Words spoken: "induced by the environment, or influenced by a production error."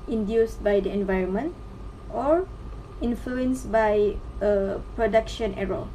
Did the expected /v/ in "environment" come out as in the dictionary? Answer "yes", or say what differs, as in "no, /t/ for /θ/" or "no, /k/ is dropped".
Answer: yes